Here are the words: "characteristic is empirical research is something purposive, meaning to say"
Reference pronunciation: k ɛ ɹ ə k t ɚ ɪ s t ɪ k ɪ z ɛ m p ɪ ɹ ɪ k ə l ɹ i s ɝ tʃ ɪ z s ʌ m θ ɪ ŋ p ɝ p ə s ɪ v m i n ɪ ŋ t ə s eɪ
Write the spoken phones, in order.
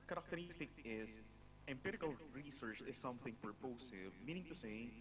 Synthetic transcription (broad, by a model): k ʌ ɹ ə k t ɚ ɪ s t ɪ k ɪ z ɛ m p ɪ ɹ ɪ k ə l ɹ i s ɝ tʃ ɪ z s ʌ m θ ɪ ŋ p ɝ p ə s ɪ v m i n ɪ ŋ t ə s eɪ